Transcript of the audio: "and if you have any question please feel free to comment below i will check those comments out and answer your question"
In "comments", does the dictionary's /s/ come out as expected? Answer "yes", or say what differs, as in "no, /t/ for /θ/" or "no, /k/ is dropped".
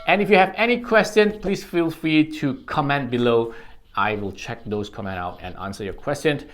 no, /s/ is dropped